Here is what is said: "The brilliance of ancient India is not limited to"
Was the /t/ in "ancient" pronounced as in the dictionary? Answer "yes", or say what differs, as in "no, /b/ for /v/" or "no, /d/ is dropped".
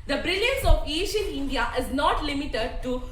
no, /t/ is dropped